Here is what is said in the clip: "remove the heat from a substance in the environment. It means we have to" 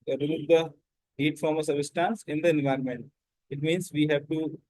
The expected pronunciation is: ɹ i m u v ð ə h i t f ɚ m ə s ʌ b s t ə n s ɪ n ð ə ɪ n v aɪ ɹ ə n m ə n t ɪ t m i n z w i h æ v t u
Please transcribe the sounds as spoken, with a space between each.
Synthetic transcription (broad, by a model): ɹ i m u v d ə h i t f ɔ m ə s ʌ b s t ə n s ɪ n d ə ɪ n v aɪ ɹ ə n m ə n t ɪ t m i n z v i h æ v t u